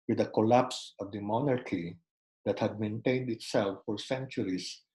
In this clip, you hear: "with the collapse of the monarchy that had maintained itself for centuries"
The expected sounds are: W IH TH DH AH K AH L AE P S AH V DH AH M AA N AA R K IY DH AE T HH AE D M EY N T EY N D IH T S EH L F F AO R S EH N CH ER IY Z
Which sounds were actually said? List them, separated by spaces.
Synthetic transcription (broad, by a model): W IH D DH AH K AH L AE P S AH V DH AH M AA N AA R K IY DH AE T HH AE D M EY N T EY N D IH T S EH L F F AO R S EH N CH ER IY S